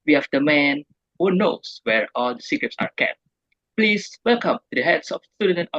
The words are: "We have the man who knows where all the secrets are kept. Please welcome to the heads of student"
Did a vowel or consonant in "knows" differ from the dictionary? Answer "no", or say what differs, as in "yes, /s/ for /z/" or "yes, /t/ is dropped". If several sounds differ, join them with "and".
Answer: yes, /s/ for /z/